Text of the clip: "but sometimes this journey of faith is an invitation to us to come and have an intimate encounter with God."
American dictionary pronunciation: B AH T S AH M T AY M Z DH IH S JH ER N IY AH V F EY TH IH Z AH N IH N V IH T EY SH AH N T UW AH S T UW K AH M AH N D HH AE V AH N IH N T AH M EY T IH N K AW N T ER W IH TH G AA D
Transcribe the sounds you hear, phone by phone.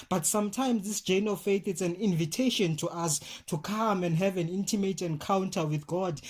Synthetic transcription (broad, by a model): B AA T S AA M T AY M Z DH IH S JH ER N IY F EY TH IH S AH N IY N V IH T EY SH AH N T UW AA S T UW K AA M AH N D HH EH V AH N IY N T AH M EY T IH N K AW N T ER W IH TH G AA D